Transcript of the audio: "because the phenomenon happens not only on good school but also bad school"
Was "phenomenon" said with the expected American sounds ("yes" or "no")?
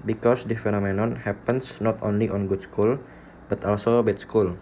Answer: yes